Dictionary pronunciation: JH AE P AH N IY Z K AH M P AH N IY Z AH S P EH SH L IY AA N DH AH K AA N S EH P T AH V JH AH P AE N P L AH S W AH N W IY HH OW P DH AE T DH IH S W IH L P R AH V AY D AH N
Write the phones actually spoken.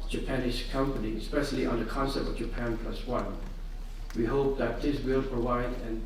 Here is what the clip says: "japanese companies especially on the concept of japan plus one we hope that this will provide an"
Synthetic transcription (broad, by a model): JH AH P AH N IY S K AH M P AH N IY AH S P EH SH L IY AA N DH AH K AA N S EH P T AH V JH AH P AE N P L AH S W AH N W IY HH OW P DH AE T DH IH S W IH L P R AH V AY D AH N